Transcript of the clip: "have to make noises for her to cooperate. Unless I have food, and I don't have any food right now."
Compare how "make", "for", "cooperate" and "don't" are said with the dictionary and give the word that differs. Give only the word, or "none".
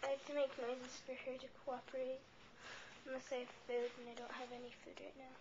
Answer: cooperate